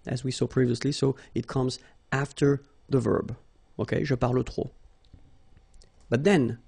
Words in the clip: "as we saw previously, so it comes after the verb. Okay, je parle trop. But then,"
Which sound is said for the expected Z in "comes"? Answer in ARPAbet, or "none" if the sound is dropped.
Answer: Z